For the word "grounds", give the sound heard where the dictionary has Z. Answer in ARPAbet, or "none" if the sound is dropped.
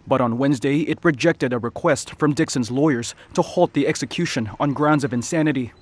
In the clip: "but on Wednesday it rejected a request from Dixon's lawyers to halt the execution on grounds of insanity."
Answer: Z